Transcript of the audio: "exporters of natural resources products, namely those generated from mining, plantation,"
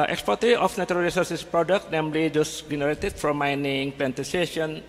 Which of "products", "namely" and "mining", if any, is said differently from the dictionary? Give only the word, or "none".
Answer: products